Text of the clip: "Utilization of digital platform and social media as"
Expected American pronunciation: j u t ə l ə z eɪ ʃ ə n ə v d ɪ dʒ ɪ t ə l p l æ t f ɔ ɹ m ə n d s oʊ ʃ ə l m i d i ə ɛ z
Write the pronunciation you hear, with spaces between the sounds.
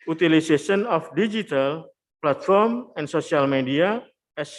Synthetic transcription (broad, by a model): u t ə l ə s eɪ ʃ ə n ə f d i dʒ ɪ t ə l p l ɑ t f ɔ ɹ m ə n s oʊ s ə l m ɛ d i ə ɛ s